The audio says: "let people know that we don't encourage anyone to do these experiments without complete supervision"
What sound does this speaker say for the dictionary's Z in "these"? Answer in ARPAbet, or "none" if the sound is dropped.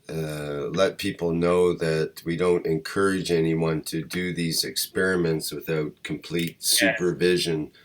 Z